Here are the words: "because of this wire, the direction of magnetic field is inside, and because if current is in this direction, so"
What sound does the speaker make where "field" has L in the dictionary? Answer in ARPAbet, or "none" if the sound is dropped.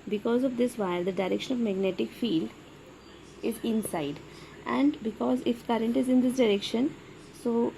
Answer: L